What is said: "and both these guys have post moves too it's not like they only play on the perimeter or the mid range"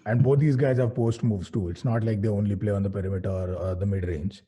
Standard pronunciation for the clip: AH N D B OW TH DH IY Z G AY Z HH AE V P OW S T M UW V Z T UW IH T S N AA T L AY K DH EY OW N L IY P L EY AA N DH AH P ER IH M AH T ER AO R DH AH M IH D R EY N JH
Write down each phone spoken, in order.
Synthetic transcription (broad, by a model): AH N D B OW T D IY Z G AY Z HH AE V P OW S T M UW V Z T UW IH T S N AA T L AY K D EY OW N L IY P L EY AA N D AH P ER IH M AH T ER AO R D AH M IH D R EY N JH